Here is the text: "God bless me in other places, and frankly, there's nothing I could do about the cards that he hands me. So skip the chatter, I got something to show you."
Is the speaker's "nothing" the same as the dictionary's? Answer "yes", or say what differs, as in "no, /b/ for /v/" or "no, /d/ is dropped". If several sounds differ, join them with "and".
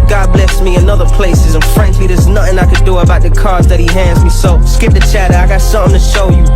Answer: yes